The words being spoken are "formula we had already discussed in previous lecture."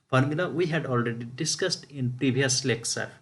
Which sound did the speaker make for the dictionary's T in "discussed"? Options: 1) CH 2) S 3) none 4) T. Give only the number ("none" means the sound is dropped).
4